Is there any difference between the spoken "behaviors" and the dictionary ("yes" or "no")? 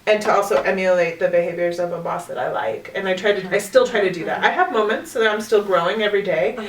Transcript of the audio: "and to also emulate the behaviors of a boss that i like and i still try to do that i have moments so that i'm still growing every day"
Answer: no